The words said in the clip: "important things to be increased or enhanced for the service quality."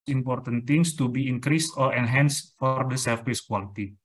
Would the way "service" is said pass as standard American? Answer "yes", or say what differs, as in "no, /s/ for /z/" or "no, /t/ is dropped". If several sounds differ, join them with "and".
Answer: no, /f/ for /v/